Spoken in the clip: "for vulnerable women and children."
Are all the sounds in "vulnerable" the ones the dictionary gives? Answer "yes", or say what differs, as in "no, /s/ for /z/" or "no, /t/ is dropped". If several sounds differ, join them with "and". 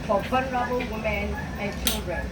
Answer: no, /f/ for /v/